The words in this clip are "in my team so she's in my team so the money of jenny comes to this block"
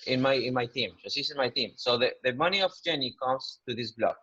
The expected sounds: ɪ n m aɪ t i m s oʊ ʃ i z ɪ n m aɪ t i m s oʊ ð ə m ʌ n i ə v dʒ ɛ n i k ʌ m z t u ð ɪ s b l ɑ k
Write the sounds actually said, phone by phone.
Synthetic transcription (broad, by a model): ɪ n m aɪ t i m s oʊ s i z ɪ n m aɪ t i m s oʊ ð ə m ʌ n i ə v dʒ ɛ n i k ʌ m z t u ð ɪ s b l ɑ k